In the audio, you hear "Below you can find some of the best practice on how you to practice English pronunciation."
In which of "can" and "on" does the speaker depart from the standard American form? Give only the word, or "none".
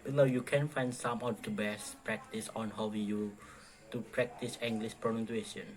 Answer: none